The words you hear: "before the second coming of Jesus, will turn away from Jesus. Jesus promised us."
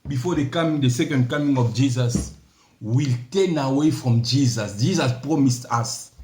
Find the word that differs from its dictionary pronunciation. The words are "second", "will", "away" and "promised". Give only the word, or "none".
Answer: none